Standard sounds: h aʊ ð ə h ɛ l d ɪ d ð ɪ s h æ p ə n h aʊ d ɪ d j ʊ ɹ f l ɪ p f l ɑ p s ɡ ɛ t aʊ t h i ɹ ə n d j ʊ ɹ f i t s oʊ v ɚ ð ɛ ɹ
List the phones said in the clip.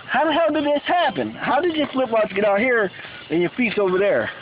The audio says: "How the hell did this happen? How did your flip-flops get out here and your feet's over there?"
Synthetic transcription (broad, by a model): h aʊ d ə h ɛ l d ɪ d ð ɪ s h æ p ə n h aʊ d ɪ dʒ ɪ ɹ f l ɪ p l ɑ s ɡ ɛ t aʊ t h i ɹ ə n j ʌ ɹ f i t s oʊ v ɚ ð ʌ ɹ